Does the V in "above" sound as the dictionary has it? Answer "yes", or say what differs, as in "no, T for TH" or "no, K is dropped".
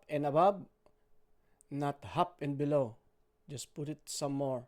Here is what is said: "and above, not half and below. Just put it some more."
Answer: no, B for V